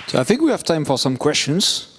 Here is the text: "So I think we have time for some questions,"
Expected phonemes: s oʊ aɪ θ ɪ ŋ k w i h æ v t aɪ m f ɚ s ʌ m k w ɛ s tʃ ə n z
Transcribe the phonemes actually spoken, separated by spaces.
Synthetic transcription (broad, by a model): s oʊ aɪ θ ɪ ŋ k w i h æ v t aɪ m f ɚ s ʌ m k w ɛ s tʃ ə n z